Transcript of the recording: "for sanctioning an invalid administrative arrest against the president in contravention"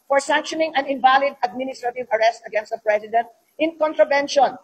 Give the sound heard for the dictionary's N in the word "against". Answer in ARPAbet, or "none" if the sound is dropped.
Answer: N